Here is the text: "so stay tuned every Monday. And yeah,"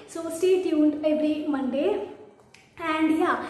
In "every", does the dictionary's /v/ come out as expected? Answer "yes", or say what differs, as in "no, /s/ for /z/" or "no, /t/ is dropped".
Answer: no, /b/ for /v/